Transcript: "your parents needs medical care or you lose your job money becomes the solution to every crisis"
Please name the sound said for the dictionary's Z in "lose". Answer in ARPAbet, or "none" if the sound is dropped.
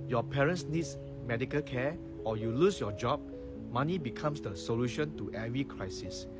S